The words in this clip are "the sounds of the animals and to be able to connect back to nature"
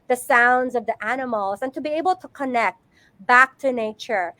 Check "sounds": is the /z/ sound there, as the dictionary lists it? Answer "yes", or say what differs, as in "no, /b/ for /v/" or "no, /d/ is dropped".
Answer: yes